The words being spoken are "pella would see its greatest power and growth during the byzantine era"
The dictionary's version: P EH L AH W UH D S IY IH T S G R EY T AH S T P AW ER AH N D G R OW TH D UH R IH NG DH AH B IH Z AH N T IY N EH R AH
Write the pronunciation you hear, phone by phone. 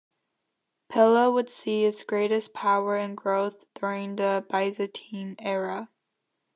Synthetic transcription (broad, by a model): P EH L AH W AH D S IY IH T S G R EY T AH S P AW ER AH N G R OW TH D UH R IH NG DH AH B IH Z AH T IY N EH R AH